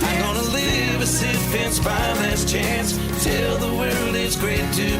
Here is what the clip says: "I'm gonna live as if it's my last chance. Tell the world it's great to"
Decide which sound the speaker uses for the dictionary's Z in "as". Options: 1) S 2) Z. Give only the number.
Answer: 1